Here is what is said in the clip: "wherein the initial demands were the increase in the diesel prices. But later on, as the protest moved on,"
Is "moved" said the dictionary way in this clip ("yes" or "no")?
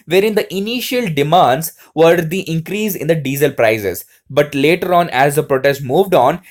yes